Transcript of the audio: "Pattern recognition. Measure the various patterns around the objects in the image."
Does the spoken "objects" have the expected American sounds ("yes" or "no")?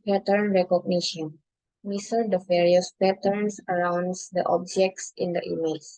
yes